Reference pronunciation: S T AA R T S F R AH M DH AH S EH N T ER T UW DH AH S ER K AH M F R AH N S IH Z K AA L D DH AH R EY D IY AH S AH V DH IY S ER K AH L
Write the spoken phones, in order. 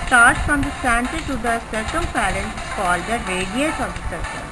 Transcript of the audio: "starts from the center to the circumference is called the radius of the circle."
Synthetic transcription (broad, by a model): S T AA R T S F R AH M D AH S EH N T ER T UW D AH S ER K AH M P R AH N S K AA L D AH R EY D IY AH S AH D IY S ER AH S